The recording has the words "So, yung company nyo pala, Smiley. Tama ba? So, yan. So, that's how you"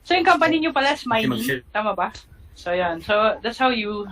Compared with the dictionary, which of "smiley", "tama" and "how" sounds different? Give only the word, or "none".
smiley